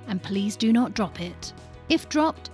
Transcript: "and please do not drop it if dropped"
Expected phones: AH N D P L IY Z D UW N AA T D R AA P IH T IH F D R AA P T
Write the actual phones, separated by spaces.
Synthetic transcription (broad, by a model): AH N P L IY Z D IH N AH T D R AA P IH T IH F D R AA P T